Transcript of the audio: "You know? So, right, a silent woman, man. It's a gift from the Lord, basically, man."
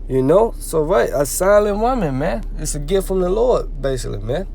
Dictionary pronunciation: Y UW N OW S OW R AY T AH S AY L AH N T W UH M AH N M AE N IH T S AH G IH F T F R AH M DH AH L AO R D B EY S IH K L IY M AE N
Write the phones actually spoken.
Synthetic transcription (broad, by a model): Y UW N OW S OW R AY T AH S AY L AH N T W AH M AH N M AE N IH T S AH G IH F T F R AH M DH AH L AO R D B EY S IH K L IY M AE N